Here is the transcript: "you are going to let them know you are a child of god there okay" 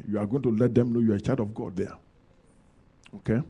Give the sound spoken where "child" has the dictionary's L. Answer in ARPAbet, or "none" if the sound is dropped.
none